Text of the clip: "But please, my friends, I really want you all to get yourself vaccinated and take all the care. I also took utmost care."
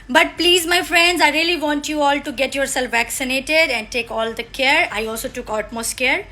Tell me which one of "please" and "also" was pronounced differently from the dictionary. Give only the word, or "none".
none